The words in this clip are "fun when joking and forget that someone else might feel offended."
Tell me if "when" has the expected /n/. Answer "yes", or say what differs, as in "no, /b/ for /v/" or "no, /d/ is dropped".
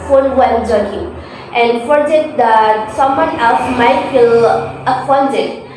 no, /l/ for /n/